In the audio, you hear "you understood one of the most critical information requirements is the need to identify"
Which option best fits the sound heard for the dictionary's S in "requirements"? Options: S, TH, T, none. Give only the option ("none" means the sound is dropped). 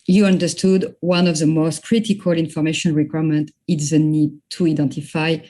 none